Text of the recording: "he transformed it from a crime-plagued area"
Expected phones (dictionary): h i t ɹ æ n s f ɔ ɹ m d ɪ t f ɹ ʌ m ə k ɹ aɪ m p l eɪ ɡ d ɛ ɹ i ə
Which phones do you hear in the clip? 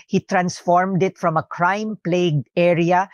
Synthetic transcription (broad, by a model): h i t ɹ æ n s f ɔ ɹ m d ɪ t f ɹ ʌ m ə k ɹ aɪ m p l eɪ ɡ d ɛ ɹ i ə